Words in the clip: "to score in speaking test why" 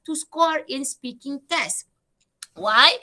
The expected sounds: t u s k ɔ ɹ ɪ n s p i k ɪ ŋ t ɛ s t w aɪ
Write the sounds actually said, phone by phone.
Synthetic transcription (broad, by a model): t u s k ɔ ɹ ɪ n s p i k ɪ ŋ t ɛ s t w aɪ